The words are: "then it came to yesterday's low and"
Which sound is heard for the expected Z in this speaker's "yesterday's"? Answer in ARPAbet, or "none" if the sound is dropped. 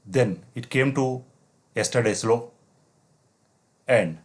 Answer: S